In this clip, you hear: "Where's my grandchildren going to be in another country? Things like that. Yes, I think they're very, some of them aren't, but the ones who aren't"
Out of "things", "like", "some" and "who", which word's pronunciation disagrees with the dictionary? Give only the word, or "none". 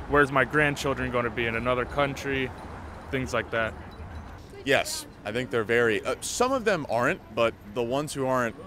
none